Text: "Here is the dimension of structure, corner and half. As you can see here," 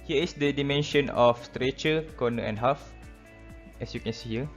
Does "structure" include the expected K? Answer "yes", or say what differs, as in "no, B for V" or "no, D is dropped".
no, K is dropped